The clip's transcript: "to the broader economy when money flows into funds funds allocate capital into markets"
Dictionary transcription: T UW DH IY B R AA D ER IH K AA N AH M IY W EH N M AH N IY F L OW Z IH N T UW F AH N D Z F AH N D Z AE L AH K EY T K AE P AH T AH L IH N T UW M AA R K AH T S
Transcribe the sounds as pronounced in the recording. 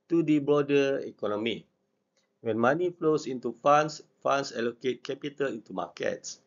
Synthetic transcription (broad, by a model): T UW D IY B AA D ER IH K AA N AH M IY W EH N M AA N IY F L OW S IH N T UW F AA N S F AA N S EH L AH K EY T K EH P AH T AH L IH N T UW M AA K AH T S